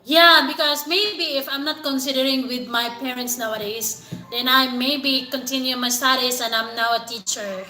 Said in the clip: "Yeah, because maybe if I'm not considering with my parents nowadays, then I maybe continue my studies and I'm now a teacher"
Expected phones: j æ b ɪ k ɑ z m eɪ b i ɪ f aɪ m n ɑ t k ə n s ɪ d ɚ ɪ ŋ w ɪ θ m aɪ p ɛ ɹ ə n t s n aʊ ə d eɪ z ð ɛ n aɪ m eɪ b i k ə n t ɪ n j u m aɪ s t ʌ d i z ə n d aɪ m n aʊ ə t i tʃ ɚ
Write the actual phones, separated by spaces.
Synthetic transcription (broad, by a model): j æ b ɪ k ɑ s m eɪ b i ɪ f aɪ m n ɑ t k ə n s ɪ d ɚ ɪ ŋ w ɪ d m aɪ p ɛ ɹ ə n t s n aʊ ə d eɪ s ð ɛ n aɪ m eɪ b i k ə n t ɪ n j u m aɪ s t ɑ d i s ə n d aɪ m n aʊ ə t i tʃ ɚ